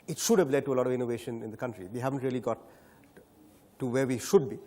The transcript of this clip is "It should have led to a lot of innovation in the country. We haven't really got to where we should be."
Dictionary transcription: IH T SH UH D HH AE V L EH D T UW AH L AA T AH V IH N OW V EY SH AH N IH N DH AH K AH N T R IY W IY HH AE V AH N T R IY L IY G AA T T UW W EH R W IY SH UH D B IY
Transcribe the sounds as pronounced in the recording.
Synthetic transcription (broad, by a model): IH T SH UH D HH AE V L EH D T UW AH L AA T AH V IH N OW V EY SH AH N IH N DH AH K AH N T R IY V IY HH AE V AH N T R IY L IY G AA T T UW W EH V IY SH UH D B IY